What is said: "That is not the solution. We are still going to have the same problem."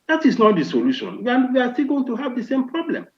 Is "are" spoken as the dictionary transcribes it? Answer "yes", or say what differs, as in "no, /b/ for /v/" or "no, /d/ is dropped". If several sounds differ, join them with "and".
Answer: no, /w/ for /ɹ/